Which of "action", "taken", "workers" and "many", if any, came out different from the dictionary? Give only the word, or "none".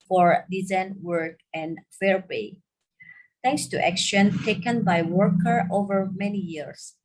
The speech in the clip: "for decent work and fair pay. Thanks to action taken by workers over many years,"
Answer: workers